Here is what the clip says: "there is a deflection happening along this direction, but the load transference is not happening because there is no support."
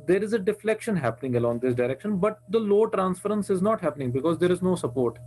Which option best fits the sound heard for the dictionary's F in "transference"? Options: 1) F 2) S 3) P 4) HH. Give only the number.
1